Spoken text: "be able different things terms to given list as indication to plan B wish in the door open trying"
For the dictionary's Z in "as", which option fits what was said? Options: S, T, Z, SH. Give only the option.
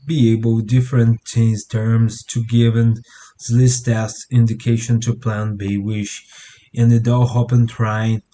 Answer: S